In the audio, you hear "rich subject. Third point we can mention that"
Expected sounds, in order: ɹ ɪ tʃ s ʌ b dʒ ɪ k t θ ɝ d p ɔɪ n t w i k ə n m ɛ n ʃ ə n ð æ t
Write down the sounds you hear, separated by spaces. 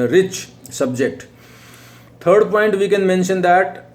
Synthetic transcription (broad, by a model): ɹ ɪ tʃ s ʌ b dʒ ɪ k t t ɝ d p ɔɪ n t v i k ə n m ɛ n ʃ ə n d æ t